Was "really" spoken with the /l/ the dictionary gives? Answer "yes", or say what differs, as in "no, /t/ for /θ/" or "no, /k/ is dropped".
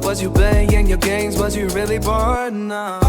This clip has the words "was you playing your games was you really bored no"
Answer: yes